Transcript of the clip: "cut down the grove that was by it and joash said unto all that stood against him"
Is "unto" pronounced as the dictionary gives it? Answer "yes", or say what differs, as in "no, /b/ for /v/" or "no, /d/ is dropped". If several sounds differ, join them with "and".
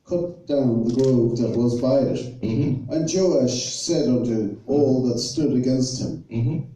yes